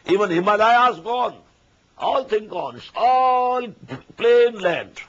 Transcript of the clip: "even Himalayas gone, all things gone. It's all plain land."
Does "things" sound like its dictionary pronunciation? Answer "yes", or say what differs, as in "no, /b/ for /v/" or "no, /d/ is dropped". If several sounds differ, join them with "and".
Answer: no, /t/ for /θ/ and /z/ is dropped